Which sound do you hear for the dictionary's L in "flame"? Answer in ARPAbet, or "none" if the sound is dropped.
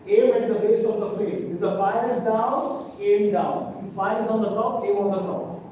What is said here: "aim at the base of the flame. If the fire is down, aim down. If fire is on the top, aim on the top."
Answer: none